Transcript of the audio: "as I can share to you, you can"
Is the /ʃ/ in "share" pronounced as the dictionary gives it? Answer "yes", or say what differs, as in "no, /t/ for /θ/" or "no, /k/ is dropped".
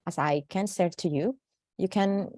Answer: no, /s/ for /ʃ/